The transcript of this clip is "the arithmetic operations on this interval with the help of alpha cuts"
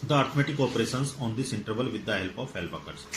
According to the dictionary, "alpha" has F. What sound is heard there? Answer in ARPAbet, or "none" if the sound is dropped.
P